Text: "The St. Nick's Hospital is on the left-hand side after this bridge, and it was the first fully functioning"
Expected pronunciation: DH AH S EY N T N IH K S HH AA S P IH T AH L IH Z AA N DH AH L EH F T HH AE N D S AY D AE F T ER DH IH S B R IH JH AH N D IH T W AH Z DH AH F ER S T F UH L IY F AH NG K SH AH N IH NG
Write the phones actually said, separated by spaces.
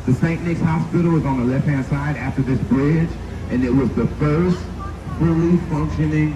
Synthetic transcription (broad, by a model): DH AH S EY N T N IH K S HH AA S P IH T L IH Z N DH AH L EH F T HH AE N S AY D AE F T ER DH IH S B R IH JH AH N IH T W AH Z DH AH F ER S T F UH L IY F AH NG K SH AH N IH NG